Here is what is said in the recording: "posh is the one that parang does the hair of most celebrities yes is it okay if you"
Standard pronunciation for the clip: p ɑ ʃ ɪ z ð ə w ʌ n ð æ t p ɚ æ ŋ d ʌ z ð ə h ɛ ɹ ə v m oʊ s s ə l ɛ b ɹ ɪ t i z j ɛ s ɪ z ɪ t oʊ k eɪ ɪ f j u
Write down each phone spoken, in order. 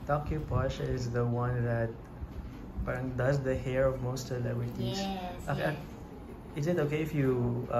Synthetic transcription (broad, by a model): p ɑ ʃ ɪ z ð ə w ʌ n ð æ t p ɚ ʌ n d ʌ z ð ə h ɛ ɹ ə v m oʊ s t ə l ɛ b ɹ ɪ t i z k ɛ ɪ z ɪ t oʊ k eɪ ɪ f j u